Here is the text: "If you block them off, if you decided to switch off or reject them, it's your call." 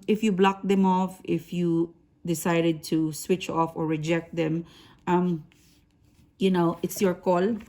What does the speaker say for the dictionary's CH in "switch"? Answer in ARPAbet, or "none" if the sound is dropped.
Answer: CH